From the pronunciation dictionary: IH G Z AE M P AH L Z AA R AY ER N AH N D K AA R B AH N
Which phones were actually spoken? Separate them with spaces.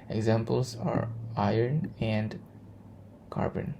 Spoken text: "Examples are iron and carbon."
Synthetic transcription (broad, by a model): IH G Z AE M P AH L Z AA R AY ER N AH N D K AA R B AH N